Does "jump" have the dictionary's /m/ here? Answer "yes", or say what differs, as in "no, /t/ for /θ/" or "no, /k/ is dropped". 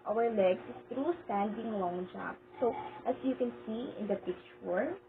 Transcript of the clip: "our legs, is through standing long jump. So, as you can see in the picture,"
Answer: no, /m/ is dropped